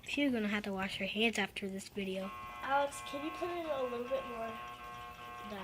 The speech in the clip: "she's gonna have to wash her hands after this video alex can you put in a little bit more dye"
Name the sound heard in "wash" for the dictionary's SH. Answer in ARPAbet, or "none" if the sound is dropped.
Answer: SH